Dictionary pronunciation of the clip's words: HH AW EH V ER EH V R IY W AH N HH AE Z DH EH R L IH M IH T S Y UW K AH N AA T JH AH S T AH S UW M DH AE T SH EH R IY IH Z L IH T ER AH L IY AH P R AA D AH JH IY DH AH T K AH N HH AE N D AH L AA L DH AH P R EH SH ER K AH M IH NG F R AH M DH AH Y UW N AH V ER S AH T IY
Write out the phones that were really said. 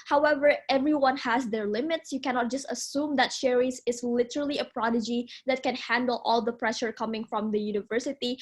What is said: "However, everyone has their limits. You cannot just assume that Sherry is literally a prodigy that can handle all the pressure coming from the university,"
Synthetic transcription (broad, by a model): HH AW EH V ER EH V R IY W AH N HH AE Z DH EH R L IH M IH T S Y UW K AH N AA T JH AH S T AH S UW M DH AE T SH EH R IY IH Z L IH T ER AH L IY AH P R AA D AH JH IY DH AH T K AH N HH AE N D AH L AA L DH AH P R EH SH ER K AH M IH NG F R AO M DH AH Y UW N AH V ER S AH T IY